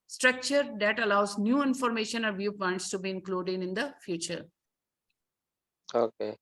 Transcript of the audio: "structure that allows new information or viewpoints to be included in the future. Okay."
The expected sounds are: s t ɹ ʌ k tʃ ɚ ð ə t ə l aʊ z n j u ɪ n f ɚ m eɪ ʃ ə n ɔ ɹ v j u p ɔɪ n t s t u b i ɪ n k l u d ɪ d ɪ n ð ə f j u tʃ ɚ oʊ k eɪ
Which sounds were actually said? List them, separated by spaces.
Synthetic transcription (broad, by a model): s t ɹ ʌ k tʃ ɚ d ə t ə l aʊ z n j u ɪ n f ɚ m eɪ ʃ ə n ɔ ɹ v j u p ɔɪ n t s t u b i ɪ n k l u d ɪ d ɪ n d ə f j u tʃ ɚ oʊ k eɪ